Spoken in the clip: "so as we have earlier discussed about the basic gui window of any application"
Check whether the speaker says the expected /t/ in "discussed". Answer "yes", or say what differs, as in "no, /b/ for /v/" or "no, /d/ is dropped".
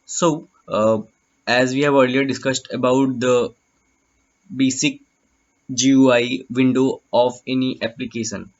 yes